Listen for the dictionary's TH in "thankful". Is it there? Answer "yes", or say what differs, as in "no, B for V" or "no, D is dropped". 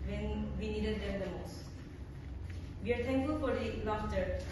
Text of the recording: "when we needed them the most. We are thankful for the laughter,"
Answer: no, T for TH